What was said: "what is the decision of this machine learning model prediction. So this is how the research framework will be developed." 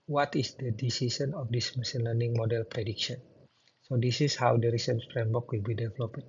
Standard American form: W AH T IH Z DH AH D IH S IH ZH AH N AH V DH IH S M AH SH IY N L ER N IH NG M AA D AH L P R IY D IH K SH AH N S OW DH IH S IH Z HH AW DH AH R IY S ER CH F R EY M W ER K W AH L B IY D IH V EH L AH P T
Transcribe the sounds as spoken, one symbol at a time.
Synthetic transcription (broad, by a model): W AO T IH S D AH D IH S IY S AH N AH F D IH S M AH S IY N L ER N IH NG M AA D AH L P R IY D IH K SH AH N S OW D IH S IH S HH AW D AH R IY S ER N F R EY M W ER K W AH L B IY D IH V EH L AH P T